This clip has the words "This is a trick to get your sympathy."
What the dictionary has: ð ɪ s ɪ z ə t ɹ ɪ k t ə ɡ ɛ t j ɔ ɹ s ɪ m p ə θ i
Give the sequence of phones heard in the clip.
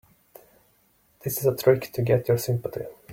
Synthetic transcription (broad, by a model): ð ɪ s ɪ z ə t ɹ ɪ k t ə ɡ ɛ t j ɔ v s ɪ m p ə t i